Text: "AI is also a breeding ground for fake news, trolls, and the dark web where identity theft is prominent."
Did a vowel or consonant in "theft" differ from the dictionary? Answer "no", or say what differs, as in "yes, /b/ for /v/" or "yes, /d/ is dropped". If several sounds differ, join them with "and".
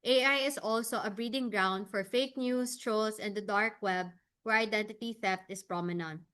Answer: no